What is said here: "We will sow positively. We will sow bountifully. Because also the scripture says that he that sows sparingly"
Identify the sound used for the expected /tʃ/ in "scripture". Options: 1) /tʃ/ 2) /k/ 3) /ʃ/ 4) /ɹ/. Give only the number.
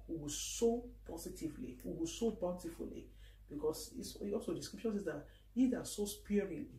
3